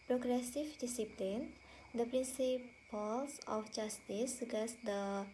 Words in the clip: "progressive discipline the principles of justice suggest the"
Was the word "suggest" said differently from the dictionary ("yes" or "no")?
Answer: yes